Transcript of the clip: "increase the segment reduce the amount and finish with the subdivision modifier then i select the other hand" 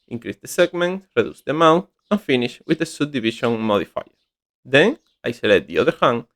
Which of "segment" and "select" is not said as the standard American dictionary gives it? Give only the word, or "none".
select